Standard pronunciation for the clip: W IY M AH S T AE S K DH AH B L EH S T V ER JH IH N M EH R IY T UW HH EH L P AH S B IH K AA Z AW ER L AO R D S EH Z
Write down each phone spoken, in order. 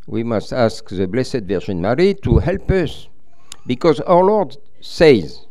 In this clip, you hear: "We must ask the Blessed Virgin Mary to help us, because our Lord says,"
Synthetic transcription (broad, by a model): W IY M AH S T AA S K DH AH B L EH S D V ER ZH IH N M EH R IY T UW HH EH L P AH S B IH K AA Z AW ER L AO R D S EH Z